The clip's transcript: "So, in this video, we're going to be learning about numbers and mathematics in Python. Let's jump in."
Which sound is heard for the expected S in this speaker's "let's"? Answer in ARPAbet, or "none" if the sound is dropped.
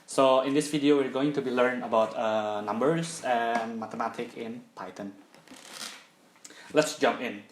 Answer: S